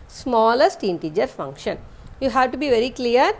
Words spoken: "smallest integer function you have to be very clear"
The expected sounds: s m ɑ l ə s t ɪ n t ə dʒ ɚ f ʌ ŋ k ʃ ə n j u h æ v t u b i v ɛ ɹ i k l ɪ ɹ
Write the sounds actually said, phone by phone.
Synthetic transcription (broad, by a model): s m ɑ l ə s t ɪ n t ə dʒ ɚ f ʌ ŋ k ʃ ə n j u h æ v t u b i v ɛ ɹ i k l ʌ ɹ